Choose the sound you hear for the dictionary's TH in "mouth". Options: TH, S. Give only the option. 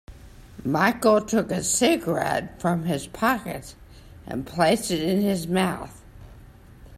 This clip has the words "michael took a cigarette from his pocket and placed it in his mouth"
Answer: TH